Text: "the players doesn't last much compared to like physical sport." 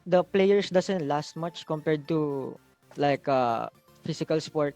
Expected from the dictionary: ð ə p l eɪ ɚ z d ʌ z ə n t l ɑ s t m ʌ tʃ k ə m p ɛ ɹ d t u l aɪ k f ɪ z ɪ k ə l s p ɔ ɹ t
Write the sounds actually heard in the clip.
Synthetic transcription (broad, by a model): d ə p l eɪ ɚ s d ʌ s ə n t l ɑ s t m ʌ tʃ k ə m p ɛ ɹ d t u l aɪ k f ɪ s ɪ k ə l s p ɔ ɹ t